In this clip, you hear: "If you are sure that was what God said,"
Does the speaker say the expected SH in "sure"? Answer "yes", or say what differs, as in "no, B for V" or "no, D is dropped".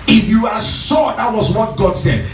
no, S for SH